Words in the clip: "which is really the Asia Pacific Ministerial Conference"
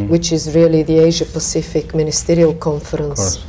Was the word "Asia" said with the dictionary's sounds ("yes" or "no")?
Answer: yes